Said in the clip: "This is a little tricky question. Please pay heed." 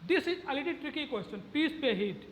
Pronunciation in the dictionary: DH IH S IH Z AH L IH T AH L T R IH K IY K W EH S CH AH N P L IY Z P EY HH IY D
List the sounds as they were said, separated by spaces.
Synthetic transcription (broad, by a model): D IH S IH Z AH L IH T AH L T R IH K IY K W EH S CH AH N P IY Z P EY HH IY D